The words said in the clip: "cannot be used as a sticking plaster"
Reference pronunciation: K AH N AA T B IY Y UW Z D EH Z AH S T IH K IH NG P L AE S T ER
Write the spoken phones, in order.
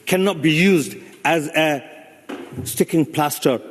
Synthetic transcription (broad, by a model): K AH N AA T B IY Y UW Z D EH Z AH S T IH K IH NG P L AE S T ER